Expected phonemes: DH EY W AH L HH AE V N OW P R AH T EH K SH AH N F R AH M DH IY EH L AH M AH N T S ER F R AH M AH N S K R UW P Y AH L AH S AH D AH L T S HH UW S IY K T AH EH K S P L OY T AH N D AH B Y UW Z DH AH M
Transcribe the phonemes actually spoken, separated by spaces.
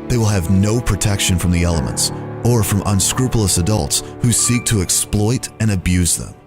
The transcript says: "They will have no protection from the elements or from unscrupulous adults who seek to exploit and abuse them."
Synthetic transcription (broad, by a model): DH EY W AH L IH V N OW P R AH T EH K SH AH N F R AH M DH IY EH L AH M AH N T S ER F R AH M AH N S K R UW P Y L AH S AH D AH L T S HH UW S IY K T AH EH K S P L OY T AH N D AH B Y UW Z DH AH M